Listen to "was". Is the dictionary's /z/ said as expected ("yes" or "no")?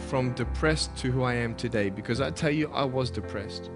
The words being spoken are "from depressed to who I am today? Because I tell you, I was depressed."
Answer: yes